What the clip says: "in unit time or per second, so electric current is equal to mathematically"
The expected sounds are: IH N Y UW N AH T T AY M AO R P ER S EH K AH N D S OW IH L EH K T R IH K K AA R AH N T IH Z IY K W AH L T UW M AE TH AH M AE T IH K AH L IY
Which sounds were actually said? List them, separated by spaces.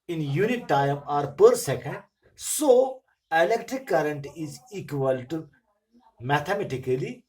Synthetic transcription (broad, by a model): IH N Y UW N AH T T AY M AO R P ER S EH K AH N D S OW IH L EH K T R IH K K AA R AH N T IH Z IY K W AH L T UW M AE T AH M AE T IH K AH L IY